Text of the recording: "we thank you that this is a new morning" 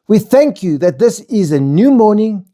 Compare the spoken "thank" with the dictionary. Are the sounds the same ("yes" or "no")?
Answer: yes